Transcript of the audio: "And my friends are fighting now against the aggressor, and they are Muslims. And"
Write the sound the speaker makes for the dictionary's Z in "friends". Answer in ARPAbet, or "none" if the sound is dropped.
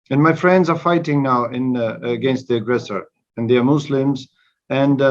Z